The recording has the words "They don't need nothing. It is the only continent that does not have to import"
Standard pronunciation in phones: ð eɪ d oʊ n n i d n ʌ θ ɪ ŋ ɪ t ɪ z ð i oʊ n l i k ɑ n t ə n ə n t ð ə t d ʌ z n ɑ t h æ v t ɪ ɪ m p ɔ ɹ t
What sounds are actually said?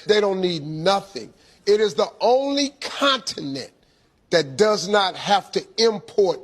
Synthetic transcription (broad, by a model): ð eɪ d oʊ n n i d n ʌ θ ɪ ŋ ɪ t ɪ z ð i oʊ n l i k ɑ n t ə n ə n ð ə t d ʌ z n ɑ t h æ f t ɪ ɪ m p ɔ ɹ t